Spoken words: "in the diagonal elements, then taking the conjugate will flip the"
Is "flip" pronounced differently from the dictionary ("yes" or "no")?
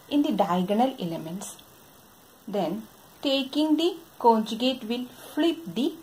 no